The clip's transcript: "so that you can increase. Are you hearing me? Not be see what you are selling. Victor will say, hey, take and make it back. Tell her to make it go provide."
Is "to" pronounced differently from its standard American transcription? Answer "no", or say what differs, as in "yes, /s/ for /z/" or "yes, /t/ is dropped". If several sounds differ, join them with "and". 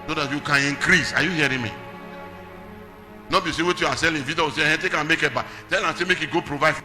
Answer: yes, /s/ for /t/